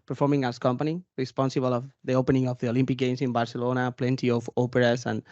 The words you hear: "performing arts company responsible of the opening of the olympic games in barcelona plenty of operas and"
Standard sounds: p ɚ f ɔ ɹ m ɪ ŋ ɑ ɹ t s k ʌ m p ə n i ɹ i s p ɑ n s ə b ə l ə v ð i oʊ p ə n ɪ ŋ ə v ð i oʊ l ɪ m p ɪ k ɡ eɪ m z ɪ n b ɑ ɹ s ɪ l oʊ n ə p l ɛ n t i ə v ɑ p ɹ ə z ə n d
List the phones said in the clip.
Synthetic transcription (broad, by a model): p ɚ f ɔ ɹ m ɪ ŋ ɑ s k ʌ m p ə n i ɹ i s p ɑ n s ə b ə l ə v ð i oʊ p ə n ɪ ŋ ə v ð i oʊ l ɪ m p ɪ k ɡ eɪ m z ɪ n b ɑ ɹ s ɪ l oʊ n ə p l ɛ n t i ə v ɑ p ɹ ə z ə n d